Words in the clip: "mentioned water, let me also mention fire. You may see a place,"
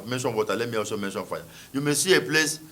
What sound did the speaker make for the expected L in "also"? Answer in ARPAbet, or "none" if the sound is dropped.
none